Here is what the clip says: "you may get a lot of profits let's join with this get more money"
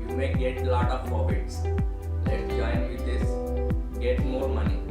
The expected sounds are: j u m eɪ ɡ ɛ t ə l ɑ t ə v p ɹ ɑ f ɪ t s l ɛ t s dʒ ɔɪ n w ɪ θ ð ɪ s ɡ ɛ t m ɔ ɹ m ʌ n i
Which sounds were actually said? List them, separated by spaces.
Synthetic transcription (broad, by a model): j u m eɪ ɡ ɛ t l ɑ t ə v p ɑ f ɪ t s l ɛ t dʒ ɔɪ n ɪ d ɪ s ɡ ɛ t m ɔ ɹ m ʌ n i